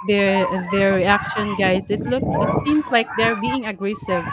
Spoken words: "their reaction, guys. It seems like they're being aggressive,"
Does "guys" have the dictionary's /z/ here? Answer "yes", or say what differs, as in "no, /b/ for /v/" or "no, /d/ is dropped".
no, /s/ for /z/